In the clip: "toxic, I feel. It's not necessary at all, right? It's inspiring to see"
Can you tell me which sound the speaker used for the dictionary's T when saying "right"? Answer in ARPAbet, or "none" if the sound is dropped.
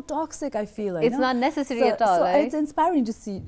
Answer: none